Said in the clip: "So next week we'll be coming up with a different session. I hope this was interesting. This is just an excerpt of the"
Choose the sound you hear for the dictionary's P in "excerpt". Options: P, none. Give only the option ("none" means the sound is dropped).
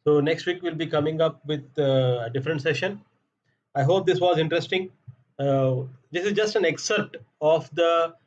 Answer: none